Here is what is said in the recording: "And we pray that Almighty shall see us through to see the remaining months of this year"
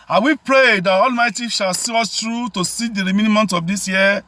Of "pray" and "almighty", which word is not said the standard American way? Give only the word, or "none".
none